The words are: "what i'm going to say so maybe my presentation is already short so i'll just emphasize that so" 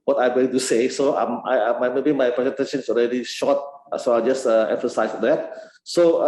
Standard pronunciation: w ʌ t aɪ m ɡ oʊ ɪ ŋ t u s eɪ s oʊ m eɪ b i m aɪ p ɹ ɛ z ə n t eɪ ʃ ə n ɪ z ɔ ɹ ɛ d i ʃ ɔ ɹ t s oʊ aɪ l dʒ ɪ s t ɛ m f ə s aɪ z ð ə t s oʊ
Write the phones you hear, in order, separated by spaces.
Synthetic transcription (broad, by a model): w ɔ t aɪ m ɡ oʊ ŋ t u s eɪ s oʊ m eɪ b i m aɪ p ɹ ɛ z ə n t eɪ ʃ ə n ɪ s ɔ ɹ ɛ d i ʃ ɔ t s oʊ aɪ dʒ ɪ s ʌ ɛ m f ə s aɪ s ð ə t s oʊ